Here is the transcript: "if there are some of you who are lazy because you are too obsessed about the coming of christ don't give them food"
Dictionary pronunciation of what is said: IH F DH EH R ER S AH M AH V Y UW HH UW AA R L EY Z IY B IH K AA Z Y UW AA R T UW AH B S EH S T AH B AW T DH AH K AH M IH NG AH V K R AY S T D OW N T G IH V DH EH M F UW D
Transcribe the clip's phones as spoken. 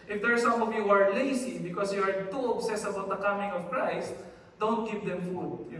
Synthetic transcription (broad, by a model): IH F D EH R S AH M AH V Y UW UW AA R L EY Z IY B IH K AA S Y UW AA R T UW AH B S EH S AH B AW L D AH K AH M IH NG AH V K R AY S D OW N T G IH V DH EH M F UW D